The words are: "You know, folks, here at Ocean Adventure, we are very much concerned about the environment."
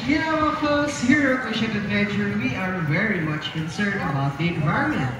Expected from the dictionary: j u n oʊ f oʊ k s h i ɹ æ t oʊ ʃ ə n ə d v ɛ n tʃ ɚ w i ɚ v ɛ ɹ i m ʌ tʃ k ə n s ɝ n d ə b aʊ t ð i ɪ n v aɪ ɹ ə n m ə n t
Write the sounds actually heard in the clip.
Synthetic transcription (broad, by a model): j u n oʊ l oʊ s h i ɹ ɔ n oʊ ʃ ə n ə d v ɛ n tʃ ɚ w i ɚ v ɛ ɹ i m ʌ tʃ k ə n s ɝ n d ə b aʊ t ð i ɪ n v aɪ ɹ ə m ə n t